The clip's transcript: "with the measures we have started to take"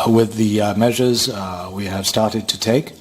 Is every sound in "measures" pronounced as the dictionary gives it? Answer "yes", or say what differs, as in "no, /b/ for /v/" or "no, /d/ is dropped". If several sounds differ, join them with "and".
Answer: yes